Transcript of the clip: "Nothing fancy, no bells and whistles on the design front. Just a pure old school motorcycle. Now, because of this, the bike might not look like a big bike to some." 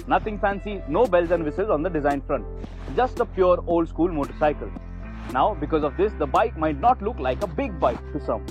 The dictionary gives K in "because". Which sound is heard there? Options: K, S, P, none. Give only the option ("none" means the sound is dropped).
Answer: K